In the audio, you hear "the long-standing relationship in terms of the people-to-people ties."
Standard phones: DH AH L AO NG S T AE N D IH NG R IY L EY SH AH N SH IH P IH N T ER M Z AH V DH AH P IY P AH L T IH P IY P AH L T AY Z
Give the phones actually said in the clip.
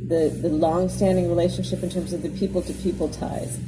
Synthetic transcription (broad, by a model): DH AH L AO NG S T AE N D IH NG R IY L EY SH AH N SH IH P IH N T ER M Z AH V DH AH P IY P L T IH P IY P L T AY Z